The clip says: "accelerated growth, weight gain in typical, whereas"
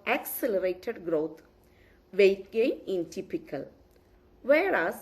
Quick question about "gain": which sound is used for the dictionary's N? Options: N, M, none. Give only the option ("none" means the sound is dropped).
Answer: none